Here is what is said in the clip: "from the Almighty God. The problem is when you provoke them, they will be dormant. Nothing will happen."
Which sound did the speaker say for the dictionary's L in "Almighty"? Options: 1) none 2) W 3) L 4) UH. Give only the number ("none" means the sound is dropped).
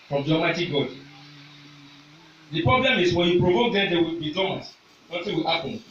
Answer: 1